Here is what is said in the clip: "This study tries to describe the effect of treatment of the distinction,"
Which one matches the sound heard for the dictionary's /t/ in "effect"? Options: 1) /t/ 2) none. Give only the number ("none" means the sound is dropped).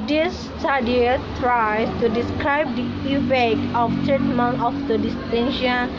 2